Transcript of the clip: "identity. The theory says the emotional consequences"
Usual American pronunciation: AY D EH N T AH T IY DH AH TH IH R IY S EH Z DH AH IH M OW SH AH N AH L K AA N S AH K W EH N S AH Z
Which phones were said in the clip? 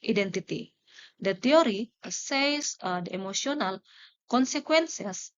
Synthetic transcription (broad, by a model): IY D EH N T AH T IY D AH T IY R IY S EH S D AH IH M OW S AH N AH L K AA N S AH K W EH N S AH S